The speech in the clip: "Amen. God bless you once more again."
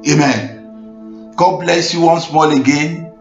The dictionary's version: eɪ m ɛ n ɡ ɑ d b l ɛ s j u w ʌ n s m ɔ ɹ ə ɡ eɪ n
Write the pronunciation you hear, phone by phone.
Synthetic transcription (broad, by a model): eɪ m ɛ n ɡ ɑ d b l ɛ s j u w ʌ n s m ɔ l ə ɡ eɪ n